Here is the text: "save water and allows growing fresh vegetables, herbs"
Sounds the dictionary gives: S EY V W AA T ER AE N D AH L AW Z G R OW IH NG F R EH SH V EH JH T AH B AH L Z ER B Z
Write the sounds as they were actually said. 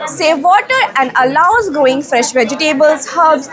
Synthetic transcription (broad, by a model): S EY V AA T ER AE N D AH L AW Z G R OW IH NG F R EH SH V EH JH T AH B AH L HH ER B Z